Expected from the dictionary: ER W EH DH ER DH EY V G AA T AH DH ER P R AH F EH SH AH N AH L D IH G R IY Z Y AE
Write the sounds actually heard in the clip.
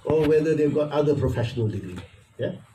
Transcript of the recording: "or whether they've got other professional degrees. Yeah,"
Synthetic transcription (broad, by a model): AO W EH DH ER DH EY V G AA T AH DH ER P R AH F EH SH AH N AH L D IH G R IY Y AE